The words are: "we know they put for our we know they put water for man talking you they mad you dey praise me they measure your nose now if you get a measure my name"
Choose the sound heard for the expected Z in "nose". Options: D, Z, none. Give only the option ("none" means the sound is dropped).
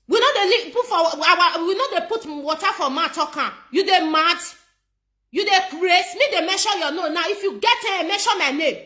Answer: none